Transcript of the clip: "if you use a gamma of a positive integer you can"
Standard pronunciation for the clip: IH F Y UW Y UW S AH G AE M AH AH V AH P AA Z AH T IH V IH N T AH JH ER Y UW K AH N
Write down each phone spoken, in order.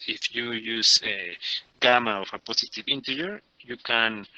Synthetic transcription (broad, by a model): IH F Y UW Y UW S AH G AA M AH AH F AH P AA S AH T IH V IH N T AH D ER Y UW K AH N